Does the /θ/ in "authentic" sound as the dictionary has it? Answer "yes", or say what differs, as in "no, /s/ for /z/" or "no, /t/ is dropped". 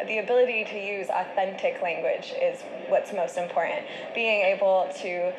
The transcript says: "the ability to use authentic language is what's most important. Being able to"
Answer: yes